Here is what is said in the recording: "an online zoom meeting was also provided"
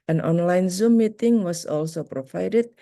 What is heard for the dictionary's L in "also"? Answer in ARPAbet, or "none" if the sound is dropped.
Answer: L